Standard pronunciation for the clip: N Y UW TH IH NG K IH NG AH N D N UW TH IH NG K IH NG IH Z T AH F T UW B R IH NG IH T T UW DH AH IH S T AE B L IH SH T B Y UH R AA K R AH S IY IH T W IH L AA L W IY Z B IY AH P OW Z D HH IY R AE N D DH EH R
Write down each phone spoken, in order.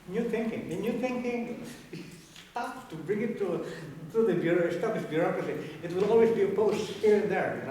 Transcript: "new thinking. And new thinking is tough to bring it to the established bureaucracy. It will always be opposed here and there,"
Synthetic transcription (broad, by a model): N Y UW TH IH NG K IH NG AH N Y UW TH IH NG K IH NG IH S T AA P T UW B R IH NG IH T T UW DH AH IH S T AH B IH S B Y UH R AA K R AH S IY IH T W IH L AA L W IY Z B IY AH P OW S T HH IY R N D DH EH R